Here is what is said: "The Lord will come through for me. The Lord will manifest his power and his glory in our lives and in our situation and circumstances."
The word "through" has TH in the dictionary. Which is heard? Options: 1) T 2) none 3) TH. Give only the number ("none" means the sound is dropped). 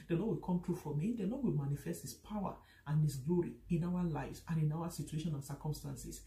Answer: 1